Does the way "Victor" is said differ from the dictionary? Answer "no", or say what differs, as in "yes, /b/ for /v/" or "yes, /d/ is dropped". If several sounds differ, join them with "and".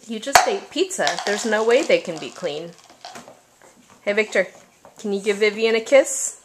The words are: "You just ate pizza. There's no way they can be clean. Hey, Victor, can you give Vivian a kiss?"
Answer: no